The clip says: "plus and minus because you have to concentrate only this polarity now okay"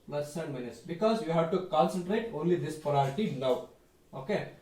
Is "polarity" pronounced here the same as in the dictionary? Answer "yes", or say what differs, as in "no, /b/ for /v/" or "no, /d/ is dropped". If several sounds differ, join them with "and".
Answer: no, /l/ is dropped